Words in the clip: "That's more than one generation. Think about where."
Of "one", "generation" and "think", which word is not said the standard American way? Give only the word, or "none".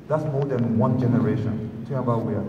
think